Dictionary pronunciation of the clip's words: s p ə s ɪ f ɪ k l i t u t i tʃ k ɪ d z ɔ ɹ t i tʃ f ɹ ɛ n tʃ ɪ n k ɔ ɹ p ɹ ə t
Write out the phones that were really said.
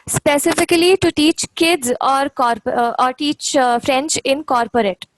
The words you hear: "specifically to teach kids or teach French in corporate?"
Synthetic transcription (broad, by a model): s p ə s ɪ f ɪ k l i t u t i tʃ k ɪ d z ɔ ɹ t i tʃ f ɹ ɛ n tʃ ɪ n k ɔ ɹ p ɹ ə t